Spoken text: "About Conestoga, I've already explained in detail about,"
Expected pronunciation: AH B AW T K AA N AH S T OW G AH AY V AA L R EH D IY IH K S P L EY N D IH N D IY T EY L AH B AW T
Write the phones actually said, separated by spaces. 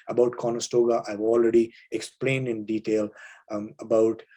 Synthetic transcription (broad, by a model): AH B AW T K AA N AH S T OW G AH AY V AA L R EH D IY IH K S P L EY N D IH N D IY T EY L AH B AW T